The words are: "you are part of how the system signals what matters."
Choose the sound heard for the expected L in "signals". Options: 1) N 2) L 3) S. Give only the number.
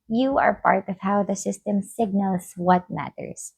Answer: 2